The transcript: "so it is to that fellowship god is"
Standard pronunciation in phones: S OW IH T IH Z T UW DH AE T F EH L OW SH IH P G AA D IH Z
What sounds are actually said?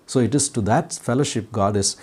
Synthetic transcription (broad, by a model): S OW IH T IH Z T UW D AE T F EH L OW SH IH P G AA D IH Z